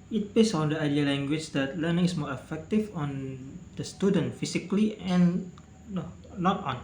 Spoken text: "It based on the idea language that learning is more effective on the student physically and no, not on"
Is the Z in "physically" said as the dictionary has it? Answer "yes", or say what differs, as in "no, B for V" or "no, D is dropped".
no, S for Z